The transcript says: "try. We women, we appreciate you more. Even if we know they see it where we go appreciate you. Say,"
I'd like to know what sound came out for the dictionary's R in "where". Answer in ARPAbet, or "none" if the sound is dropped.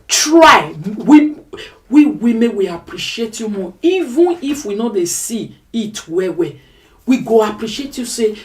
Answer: W